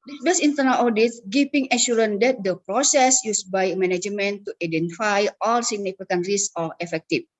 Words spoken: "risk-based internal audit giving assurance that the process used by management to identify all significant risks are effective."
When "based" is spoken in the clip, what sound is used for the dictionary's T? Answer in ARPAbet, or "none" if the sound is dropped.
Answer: none